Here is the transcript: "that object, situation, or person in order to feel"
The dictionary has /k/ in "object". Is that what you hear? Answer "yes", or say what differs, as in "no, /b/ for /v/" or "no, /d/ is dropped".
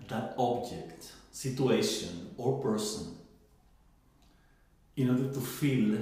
yes